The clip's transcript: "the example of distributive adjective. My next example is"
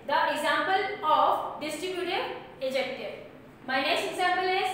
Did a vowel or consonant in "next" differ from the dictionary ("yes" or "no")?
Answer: yes